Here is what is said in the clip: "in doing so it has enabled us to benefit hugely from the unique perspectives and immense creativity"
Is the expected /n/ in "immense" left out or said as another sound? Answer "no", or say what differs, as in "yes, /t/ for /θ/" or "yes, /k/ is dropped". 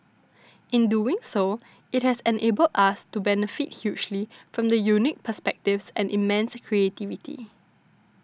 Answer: no